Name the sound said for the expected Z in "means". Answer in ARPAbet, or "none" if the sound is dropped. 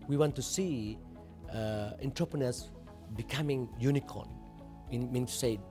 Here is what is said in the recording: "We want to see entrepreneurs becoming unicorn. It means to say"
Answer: none